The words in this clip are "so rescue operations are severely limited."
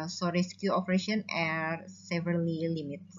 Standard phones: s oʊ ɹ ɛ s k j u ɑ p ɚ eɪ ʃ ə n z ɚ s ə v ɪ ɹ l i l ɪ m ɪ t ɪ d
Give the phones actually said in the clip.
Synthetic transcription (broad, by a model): s oʊ ɹ ɛ s k j u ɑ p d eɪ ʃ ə n ɚ s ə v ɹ l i l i m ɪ t